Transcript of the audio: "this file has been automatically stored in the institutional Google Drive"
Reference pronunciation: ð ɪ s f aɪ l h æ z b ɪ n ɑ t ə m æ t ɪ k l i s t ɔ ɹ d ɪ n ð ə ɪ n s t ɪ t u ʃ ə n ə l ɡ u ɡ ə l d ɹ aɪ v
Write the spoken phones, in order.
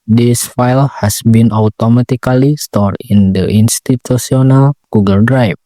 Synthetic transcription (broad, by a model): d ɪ s f aɪ l h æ s b ɪ n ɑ t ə m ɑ t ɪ k l i s t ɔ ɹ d ɪ n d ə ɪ n s t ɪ t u s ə n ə l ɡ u ɡ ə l d ɹ aɪ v